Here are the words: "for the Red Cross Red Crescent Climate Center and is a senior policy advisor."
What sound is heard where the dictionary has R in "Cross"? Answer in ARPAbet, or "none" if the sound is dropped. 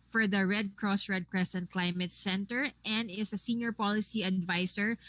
R